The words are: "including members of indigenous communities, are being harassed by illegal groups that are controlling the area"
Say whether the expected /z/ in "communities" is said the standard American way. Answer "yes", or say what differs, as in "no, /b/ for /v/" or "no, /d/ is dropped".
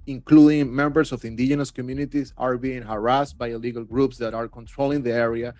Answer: no, /s/ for /z/